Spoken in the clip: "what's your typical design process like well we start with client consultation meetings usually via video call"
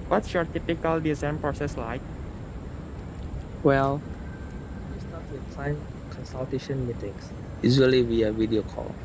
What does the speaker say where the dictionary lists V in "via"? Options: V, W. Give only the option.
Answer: W